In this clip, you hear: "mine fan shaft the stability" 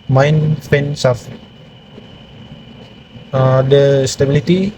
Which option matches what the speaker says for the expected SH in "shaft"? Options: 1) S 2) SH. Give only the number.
1